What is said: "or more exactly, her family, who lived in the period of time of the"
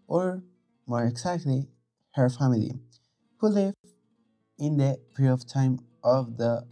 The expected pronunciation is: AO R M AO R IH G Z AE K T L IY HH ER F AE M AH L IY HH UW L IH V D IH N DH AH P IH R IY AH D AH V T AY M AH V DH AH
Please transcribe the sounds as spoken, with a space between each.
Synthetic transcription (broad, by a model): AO R M AO R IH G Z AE K T L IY HH ER F AE M AH L IY HH UW L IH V IH N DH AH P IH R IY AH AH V T AY M AH V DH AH